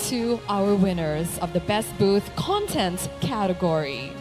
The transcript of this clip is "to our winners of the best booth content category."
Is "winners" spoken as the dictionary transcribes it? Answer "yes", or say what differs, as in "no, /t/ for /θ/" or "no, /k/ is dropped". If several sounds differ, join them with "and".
yes